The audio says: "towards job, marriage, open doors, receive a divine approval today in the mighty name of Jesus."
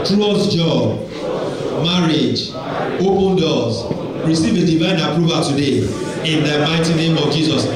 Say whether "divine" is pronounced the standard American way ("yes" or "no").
yes